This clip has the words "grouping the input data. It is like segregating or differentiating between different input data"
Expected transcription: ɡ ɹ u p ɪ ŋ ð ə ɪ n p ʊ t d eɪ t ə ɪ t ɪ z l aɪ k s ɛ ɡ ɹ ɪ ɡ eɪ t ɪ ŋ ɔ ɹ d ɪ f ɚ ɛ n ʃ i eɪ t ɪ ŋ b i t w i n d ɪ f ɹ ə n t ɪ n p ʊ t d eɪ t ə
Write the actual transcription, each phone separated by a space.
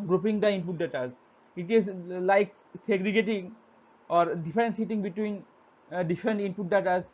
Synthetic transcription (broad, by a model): ɡ ɹ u p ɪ ŋ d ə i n p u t d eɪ t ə ɪ t ɪ z l aɪ k s ɛ ɡ ɹ ɪ ɡ eɪ t ɪ ŋ ɔ ɹ d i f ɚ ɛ n s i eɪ t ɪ ŋ b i t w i n d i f ɹ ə n t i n p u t d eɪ t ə